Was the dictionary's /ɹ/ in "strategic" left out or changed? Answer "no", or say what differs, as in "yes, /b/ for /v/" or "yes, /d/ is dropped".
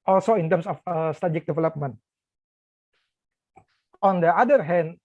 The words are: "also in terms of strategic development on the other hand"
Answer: yes, /ɹ/ is dropped